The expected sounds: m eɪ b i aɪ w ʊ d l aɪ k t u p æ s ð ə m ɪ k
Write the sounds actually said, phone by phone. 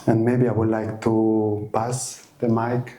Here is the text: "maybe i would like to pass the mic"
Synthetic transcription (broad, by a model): m eɪ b i aɪ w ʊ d l aɪ k t u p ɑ s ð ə m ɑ k